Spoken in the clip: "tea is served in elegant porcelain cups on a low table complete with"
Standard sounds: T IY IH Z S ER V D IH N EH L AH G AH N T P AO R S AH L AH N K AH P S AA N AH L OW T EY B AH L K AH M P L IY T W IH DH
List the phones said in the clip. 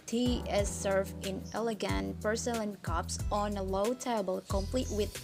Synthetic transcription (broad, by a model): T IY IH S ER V IH N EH L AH G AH N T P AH R S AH L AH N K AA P S AA N AH L OW T EY B AH L K AH M P L IY T W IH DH